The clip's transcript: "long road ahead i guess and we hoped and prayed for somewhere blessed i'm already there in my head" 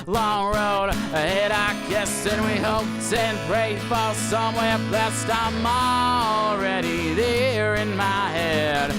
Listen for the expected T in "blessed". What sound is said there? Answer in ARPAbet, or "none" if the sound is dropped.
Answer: T